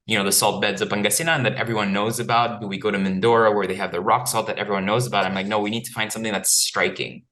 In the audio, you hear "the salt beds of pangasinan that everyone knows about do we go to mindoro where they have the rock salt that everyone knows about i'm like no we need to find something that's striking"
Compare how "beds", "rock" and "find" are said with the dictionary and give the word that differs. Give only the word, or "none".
none